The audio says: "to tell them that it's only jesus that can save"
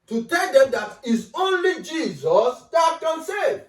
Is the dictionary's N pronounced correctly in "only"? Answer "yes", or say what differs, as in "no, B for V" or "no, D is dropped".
yes